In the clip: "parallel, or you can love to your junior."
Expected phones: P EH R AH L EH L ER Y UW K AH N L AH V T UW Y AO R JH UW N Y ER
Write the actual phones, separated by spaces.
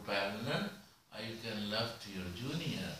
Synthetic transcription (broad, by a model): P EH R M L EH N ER Y UW K AH N L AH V T UW Y AO R JH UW N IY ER